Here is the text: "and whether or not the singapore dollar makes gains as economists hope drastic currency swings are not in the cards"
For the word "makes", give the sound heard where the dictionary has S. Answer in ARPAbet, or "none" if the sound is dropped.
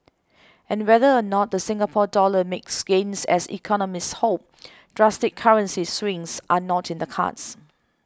S